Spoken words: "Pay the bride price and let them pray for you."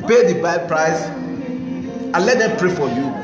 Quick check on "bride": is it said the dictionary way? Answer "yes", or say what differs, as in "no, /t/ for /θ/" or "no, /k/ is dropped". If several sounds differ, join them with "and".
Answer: no, /ɹ/ is dropped